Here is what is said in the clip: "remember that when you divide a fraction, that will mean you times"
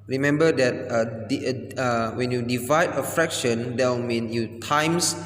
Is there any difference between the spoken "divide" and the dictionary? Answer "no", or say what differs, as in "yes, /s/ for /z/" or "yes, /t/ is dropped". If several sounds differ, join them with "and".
no